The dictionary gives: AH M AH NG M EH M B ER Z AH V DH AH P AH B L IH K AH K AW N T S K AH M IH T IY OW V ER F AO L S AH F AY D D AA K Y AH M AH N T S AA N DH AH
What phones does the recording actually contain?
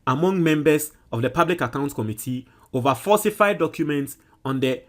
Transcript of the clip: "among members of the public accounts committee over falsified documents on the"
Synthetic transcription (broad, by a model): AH M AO NG M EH M B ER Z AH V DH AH P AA B L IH K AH K AW N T K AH M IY T IY OW V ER F AO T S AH F AY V D AA K Y AH M AH N T S AA N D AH